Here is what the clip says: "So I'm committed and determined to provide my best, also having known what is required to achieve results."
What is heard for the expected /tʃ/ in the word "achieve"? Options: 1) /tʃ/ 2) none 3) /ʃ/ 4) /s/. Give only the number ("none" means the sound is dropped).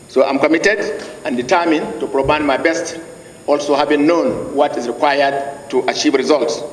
1